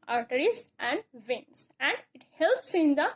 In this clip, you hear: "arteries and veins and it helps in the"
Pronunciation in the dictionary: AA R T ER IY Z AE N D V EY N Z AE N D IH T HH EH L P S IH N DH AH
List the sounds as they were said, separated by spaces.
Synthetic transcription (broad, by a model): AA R T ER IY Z AE N D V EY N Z AE N D IH T HH EH L P S IH N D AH